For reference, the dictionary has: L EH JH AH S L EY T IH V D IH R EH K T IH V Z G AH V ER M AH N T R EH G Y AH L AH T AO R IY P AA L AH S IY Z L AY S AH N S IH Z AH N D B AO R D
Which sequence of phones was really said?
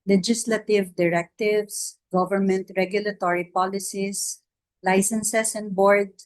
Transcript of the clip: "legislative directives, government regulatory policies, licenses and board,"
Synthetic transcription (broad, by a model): L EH JH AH S L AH T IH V D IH R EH K T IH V S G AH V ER M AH N T R EH G Y AH L AH T AO R IY P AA L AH S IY S L AY S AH N S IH S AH N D B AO R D